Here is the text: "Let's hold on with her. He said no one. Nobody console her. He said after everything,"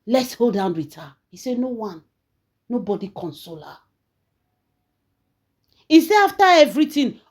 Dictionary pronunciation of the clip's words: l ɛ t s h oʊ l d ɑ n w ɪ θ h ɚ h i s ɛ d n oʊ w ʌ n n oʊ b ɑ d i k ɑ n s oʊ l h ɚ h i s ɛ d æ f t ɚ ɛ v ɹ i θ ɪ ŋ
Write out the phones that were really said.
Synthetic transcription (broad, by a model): l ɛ t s h oʊ l d ɑ n w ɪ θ h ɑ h i s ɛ n oʊ w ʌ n n oʊ b ɑ d i k ɑ n s oʊ l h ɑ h i s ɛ ɑ f t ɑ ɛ v ɹ i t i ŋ